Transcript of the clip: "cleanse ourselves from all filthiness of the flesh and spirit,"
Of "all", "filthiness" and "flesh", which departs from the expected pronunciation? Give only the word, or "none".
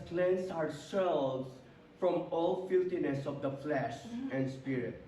filthiness